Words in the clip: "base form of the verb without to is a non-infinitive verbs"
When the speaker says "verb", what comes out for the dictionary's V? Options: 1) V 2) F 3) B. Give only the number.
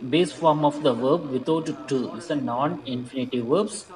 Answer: 1